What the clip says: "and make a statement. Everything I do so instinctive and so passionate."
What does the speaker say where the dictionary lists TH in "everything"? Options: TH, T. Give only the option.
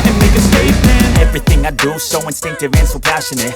TH